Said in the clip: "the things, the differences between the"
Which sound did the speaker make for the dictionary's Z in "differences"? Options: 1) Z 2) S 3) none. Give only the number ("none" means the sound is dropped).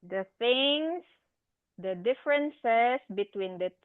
2